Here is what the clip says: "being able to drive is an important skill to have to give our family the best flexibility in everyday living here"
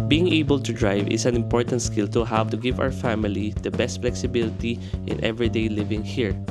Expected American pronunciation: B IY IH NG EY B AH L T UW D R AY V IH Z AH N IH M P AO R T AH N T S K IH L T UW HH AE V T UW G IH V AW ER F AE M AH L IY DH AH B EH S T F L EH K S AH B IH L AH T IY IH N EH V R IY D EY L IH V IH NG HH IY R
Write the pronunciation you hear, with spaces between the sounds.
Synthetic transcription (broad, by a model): B IY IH NG EY B AH L T UW D R AY V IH S AH N IH M P AO R T AH N T S K IH L T UW HH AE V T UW G IH V AW ER F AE M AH L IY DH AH B EH S T F L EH K S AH B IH L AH T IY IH N EH V R IY D EY L IH V IH NG HH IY R